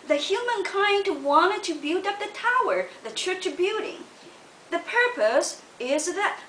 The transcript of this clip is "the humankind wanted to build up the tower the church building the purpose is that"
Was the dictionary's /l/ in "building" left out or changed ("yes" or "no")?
yes